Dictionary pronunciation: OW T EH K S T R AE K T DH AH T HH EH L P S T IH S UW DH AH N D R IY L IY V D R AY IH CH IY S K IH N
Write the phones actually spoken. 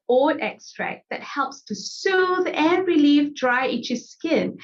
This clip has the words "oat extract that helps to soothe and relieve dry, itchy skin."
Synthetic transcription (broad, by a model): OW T EH K S T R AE K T DH AH T HH EH L P S T IH S UW DH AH N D R IY L IY V D R AY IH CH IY S K IH N